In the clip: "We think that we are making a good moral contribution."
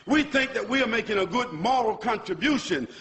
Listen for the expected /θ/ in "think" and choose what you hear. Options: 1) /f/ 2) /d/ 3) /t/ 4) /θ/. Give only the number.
4